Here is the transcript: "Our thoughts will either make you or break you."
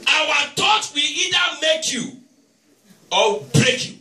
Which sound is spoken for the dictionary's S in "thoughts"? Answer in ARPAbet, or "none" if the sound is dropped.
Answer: none